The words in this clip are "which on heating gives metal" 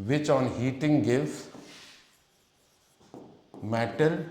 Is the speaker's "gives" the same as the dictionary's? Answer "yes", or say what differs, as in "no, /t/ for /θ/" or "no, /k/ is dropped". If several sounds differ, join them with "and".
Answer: no, /z/ is dropped